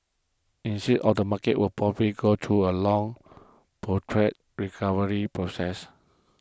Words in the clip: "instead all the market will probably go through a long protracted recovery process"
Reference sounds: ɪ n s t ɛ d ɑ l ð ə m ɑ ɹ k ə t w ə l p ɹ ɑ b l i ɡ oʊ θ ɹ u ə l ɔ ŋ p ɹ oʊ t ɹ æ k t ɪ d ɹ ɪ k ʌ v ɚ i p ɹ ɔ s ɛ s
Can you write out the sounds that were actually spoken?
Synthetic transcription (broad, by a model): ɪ n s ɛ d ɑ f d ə m ɑ k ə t w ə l p ɹ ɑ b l i ɡ oʊ t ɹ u ə l ɔ ŋ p oʊ t ɹ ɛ t ɹ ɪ k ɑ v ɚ i p ɹ ɔ s ɛ s